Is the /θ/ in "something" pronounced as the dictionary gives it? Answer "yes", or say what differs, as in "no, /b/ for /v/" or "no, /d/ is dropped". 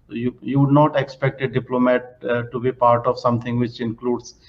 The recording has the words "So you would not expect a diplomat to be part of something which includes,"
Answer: no, /t/ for /θ/